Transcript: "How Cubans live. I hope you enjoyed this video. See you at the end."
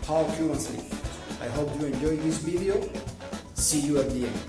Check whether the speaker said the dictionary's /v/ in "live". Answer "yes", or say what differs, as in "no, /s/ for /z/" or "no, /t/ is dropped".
no, /p/ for /v/